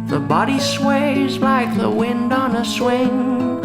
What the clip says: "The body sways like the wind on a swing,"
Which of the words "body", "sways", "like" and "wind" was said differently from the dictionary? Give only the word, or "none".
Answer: none